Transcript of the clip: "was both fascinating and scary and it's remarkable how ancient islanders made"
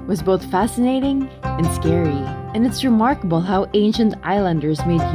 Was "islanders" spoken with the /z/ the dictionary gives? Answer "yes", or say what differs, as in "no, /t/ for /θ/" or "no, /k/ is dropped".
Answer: yes